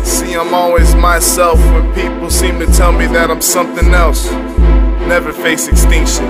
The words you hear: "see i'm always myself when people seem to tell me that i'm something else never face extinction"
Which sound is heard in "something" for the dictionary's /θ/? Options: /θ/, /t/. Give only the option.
/θ/